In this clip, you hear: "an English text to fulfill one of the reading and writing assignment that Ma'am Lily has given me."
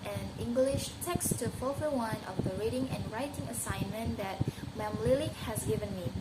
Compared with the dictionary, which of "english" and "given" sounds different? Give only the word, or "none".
none